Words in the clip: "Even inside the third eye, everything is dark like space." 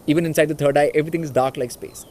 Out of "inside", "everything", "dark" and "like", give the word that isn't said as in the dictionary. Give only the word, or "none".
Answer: everything